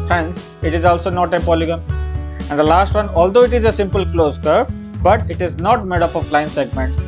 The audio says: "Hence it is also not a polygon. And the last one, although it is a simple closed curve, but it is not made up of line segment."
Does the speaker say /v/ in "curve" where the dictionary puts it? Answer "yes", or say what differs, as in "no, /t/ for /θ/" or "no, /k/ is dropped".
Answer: no, /p/ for /v/